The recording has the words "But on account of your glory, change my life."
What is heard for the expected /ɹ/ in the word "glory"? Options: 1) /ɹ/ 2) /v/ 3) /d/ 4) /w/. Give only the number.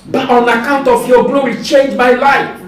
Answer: 4